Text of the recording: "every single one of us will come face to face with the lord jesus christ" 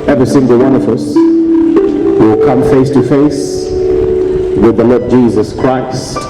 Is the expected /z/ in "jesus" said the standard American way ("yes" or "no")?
yes